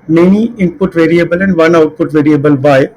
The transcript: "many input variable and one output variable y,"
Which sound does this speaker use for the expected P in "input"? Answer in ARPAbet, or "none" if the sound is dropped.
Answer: P